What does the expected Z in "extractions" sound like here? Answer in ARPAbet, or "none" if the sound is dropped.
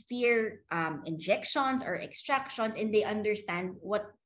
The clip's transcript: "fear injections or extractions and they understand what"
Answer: S